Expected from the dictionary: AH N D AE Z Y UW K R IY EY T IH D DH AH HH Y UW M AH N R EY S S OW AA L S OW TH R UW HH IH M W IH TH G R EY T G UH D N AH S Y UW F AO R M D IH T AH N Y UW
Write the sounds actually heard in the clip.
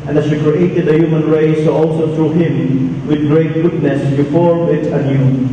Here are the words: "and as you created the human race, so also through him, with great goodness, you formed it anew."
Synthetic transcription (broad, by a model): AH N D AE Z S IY K R IY EY T IH D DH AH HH Y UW M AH N R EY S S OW AA L S OW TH R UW HH IH M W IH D G R EY T G UH D N AH S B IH F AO R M IH T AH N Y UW